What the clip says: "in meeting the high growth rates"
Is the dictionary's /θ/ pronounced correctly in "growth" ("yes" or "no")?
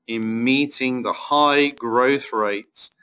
yes